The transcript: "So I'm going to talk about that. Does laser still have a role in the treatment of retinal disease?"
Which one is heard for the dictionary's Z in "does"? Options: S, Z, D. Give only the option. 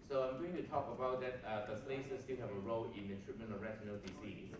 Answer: S